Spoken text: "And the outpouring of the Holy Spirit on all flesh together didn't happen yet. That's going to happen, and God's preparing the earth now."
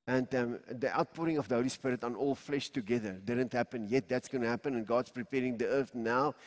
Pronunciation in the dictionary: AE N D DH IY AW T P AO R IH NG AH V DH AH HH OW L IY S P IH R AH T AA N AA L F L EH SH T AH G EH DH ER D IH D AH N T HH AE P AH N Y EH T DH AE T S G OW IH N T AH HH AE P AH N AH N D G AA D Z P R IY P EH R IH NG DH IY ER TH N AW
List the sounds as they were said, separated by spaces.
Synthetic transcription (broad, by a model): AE N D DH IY AW T P AO R IH NG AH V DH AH HH OW L IY S P IH R AH T AA N AA L F L EH SH T AH G EH DH ER D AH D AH N T HH AE P AH N Y EH T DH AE T S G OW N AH HH AE P AH N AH N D G AA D S P R IY P EH R IH NG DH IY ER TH N AW